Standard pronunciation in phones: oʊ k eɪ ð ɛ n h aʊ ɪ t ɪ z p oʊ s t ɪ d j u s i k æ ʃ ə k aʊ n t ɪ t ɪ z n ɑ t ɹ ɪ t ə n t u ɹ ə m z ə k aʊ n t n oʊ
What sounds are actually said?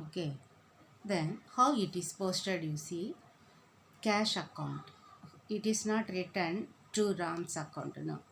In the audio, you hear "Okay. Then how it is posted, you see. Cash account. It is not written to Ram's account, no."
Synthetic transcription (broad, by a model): oʊ k eɪ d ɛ n h aʊ ɪ t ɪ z p oʊ s t ɪ d j u s i k æ ʃ ə k aʊ n t ɪ t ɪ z n ɑ t ɹ ɪ t ə n t u ɹ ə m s ə k aʊ n t n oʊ